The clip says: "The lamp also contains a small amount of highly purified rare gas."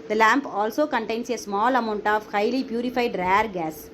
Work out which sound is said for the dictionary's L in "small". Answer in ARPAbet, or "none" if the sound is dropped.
L